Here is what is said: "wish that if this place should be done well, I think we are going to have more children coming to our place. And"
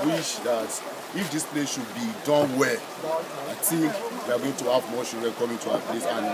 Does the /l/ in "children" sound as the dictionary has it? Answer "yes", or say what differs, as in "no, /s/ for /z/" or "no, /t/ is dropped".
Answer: no, /l/ is dropped